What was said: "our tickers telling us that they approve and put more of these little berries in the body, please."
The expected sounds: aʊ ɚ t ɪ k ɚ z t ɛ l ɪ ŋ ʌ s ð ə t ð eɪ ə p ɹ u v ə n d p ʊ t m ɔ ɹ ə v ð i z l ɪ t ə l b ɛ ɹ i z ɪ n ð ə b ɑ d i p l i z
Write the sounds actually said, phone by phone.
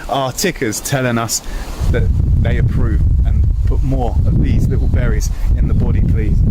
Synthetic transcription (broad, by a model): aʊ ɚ t ɪ k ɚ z t ɛ l ɪ ŋ ʌ s ð ə t ð eɪ ə p ɹ u v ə n p ʊ t m ɔ ɹ ə v ð i z l ɪ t l b ɛ ɹ i z ɪ n ð ə b ɑ d i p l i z